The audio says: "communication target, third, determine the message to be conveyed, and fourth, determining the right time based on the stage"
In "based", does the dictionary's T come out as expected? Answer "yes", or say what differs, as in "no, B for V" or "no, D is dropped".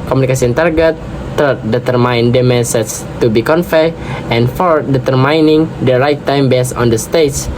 no, T is dropped